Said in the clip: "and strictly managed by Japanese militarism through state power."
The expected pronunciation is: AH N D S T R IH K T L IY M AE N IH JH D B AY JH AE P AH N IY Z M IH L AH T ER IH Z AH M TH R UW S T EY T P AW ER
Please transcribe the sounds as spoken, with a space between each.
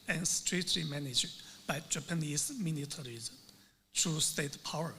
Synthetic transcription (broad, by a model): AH N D S T R IH K T L IY M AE N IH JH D B AY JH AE P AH N IY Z M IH N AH T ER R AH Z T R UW S T EY T P AW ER